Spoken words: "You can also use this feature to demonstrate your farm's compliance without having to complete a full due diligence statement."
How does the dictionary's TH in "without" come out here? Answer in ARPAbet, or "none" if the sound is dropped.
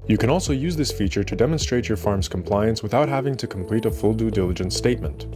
TH